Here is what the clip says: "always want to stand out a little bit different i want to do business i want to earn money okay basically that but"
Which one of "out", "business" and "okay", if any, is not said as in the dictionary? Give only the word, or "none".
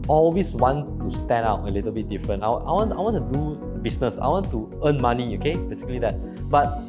business